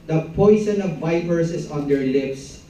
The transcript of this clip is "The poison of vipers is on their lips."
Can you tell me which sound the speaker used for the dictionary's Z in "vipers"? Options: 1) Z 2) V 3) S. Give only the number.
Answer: 3